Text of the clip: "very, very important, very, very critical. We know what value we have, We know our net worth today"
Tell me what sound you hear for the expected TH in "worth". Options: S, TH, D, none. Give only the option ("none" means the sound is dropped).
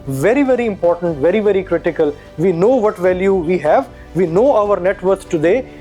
S